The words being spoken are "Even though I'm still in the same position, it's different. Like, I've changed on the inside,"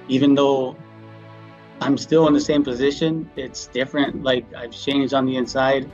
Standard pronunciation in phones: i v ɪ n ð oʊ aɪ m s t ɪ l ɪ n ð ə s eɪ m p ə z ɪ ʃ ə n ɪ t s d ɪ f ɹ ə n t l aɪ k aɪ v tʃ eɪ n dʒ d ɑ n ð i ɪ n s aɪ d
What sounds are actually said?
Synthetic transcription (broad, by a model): i v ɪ n ð oʊ aɪ m s t ɪ l ɪ n ð ə s eɪ m p ə z ɪ ʃ ə n ɪ t s d ɪ f ɹ ə n t l aɪ k aɪ v tʃ eɪ n dʒ d n ð i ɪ n s aɪ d